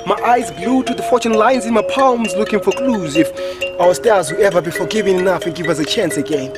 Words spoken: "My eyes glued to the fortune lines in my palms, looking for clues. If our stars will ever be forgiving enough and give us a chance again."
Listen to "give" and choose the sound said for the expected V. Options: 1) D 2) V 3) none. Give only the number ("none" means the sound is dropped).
2